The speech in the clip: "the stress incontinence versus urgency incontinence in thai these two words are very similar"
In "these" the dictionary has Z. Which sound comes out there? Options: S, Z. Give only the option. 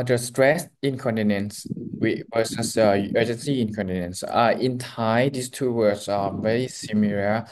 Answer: S